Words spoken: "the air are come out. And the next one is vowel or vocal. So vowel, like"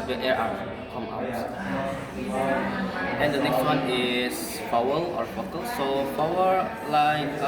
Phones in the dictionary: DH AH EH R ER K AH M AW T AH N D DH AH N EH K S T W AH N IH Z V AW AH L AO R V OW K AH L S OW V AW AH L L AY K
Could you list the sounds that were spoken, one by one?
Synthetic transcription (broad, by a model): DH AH EH R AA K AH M AW T AH N D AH N EH K S T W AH N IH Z P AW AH L AO R F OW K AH L S OW P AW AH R L AY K